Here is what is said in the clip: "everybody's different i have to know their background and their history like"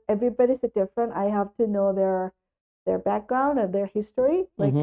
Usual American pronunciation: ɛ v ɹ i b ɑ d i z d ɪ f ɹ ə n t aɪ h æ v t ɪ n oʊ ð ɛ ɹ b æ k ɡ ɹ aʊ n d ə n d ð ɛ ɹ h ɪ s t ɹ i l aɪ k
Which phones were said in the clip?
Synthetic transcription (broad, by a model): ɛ v ɹ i b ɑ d i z d ɪ f ɹ ə n t aɪ h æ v t ɪ n oʊ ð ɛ ɹ b æ k ɡ ɹ aʊ n d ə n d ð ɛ ɹ h ɪ s t ɹ i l aɪ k